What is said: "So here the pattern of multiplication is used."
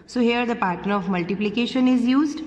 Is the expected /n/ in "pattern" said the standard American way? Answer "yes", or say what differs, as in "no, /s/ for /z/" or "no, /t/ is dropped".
no, /n/ is dropped